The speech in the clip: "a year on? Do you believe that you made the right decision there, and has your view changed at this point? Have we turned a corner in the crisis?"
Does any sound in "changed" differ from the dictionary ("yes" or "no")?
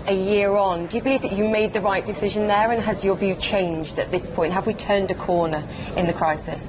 no